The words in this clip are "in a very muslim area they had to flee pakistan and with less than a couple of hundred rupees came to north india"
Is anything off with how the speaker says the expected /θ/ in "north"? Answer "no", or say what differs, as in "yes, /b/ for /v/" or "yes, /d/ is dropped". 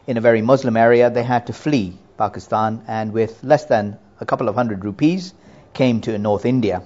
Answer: no